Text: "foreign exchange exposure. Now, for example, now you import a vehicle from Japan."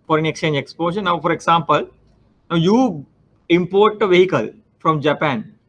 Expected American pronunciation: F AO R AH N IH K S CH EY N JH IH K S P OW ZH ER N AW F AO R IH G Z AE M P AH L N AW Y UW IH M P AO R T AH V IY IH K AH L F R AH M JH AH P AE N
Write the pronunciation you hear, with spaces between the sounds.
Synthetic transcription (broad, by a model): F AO R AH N IH K S CH EY N JH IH K S P OW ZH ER N AW F AO R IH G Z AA M P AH L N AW Y UW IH M P AO R T AH V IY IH K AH L F R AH M JH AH P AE N